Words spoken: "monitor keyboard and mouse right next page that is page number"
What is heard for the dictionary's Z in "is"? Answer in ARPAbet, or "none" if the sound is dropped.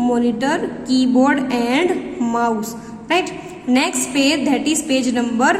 S